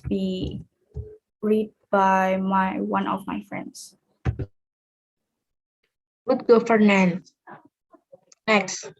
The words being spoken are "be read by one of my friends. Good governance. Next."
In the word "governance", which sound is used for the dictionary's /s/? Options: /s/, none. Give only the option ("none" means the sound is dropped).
none